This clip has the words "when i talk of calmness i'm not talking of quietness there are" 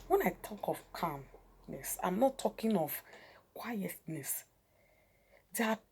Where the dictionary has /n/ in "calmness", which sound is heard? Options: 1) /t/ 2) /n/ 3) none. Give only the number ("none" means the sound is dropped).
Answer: 2